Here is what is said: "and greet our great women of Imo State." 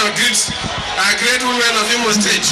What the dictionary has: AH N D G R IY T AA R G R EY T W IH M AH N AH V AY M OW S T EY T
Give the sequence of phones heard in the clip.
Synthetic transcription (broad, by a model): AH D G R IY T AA G R EY T W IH M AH N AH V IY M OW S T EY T